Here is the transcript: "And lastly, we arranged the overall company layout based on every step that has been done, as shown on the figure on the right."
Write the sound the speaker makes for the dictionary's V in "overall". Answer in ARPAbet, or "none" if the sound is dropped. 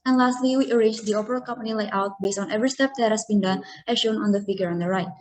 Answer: P